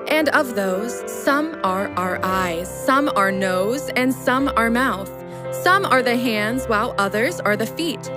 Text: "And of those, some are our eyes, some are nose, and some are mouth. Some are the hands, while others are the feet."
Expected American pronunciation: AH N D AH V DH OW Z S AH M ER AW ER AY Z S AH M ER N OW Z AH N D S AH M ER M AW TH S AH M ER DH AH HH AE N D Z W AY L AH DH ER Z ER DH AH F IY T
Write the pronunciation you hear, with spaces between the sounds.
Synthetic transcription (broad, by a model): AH N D AH V DH OW Z S AH M ER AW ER AY Z S AH M ER N OW Z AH N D S AH M ER M AW TH S AH M ER DH AH HH AE N D Z W AY L AH DH ER Z ER DH AH F IY T